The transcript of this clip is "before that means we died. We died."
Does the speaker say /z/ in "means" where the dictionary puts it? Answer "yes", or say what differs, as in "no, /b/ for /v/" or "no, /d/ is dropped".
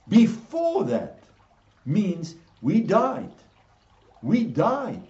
yes